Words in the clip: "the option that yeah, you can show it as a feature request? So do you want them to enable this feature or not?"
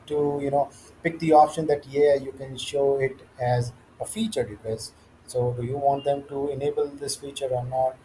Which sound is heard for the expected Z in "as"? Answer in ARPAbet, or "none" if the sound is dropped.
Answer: Z